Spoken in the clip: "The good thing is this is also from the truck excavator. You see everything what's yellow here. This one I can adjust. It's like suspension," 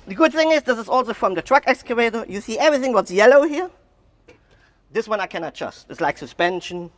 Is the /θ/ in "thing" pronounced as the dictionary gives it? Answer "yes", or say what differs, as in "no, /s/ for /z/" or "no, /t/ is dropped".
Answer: yes